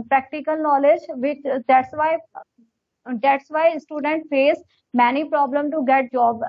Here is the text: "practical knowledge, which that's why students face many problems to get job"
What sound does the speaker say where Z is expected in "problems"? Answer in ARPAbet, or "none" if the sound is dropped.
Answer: none